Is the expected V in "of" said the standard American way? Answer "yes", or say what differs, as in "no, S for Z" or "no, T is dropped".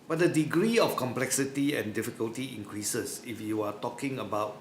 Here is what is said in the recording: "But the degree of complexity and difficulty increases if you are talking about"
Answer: no, F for V